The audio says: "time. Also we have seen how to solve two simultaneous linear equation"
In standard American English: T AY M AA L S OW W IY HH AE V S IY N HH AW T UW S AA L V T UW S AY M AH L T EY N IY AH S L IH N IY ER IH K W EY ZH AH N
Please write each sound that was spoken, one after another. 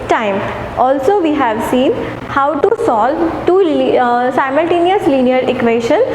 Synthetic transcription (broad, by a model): T AY M AA L S OW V IY HH AE V S IY N HH AW T UW S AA L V T UW S AY M AH L T EY N IY AH S L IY N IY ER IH K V EY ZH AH N